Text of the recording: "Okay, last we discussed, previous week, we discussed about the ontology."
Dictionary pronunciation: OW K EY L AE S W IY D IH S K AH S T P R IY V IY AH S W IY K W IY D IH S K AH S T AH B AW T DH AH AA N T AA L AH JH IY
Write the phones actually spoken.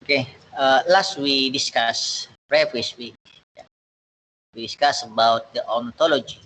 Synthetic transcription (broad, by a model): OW K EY L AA S W IY D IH S K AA S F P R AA F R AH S W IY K W IY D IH S K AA S AH B AW T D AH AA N T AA L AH JH IY